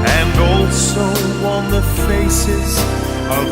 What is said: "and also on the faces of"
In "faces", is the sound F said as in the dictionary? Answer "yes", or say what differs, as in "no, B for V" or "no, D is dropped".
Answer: yes